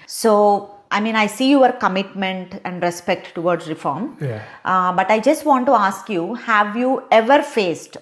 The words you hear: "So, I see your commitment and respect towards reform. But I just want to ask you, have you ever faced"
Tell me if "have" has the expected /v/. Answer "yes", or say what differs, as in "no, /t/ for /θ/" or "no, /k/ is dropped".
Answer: yes